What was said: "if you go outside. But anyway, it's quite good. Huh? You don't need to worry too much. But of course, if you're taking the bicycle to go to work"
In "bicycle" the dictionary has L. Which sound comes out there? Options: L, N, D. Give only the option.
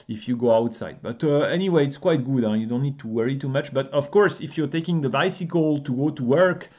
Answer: L